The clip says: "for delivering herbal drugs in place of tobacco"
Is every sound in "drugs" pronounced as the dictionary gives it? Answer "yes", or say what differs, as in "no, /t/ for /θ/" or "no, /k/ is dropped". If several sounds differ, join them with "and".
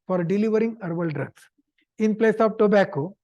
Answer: no, /s/ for /z/